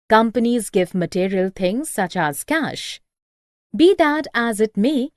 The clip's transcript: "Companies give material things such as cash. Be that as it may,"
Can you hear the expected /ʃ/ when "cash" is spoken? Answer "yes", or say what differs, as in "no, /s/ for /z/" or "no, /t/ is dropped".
yes